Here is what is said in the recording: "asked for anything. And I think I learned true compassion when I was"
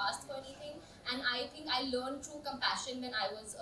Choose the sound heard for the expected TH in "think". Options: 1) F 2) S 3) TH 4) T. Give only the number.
4